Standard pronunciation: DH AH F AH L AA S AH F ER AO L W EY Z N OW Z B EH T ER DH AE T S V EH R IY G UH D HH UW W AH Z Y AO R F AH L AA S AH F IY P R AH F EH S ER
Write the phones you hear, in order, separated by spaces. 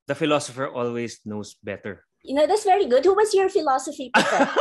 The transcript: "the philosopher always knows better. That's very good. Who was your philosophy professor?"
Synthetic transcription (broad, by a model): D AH F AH L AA S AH F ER AO L W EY S N OW S B EH T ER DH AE T S V EH R IY G UH D HH UW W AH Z Y AO R F AH L AA S AH F IY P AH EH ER